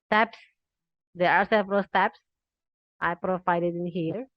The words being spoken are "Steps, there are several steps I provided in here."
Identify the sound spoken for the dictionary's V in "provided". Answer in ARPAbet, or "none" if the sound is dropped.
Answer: F